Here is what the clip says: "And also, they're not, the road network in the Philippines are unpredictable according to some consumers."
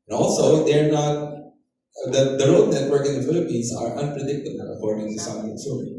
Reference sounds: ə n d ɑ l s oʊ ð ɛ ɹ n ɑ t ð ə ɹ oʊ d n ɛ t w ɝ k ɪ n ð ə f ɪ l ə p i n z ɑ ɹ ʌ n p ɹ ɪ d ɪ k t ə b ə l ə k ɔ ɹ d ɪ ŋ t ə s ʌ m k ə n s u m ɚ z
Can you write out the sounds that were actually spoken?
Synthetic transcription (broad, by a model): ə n ɑ l s oʊ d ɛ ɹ n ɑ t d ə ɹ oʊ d n ɛ t w ɝ k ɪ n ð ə f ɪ l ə p i n s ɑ ɹ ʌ n p ɹ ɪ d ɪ k t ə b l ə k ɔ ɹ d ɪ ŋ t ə s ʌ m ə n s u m